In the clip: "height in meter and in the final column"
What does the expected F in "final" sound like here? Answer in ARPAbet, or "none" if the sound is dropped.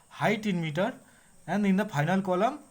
P